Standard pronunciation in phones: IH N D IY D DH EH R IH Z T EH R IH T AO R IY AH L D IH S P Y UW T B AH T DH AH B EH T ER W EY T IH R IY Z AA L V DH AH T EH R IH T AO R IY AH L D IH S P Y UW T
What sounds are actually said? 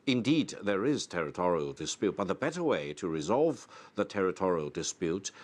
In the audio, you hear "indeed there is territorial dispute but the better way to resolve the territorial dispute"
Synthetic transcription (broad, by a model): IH N D IY D DH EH R IH Z T EH R IH T AO R IY AH L D IH S P Y UW T B AH T DH AH B EH T ER W EY T IH R IY Z AA L V DH AH T EH R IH T AO R IY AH L D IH S P Y UW T